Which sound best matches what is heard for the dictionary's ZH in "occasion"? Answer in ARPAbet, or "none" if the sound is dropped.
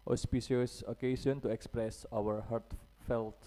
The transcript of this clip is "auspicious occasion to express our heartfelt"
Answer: S